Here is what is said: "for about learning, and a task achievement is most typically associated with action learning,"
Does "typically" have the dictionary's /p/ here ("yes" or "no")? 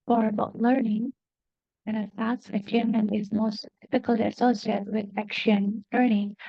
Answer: no